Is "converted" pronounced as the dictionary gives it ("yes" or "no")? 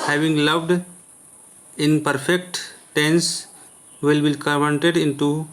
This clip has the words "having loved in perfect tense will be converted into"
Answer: no